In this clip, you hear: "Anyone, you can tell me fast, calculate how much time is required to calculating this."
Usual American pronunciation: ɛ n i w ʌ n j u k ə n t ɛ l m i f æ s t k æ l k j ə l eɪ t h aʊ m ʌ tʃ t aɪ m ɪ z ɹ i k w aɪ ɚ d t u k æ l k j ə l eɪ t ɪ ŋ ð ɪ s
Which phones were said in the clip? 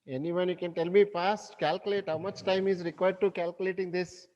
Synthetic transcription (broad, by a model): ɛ n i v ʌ n j u k ə n t ɛ l m i p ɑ s t k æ l k j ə l eɪ t h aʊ m ʌ tʃ t aɪ m ɪ z ɹ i k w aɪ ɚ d t u k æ l k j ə l eɪ t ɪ ŋ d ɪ s